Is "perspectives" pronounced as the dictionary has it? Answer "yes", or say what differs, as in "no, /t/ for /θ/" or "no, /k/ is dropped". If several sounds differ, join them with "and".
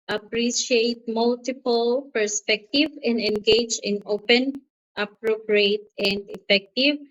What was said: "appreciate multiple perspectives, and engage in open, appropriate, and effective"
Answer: no, /z/ is dropped